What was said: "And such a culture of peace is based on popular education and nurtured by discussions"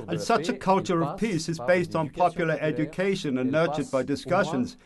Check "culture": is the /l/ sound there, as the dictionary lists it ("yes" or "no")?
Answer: yes